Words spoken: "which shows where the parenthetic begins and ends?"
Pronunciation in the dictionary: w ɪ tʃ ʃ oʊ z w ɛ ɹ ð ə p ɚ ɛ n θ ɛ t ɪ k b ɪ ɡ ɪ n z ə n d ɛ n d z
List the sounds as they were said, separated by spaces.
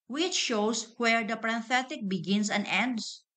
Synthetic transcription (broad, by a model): w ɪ tʃ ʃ oʊ s w ɛ ɹ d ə p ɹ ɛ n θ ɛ t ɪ k b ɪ ɡ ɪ n s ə n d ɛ n d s